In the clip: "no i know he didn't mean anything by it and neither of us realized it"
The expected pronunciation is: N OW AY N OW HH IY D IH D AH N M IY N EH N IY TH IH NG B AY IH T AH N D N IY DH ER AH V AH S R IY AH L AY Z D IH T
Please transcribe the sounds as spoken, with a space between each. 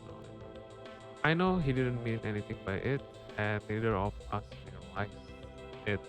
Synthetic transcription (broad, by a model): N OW AY N OW HH IY D IH D AH N M IY N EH N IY T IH NG B AY IH T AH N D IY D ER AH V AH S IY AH W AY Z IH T